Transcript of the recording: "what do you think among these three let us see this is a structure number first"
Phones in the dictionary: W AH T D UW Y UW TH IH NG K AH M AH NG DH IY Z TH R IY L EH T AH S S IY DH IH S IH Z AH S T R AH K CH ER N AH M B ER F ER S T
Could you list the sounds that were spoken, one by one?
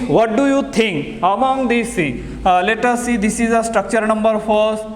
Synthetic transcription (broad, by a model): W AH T D UW Y UW T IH NG K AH M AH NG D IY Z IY L EH T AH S S IY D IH S IH Z AH S T R AH K CH ER N AH M B ER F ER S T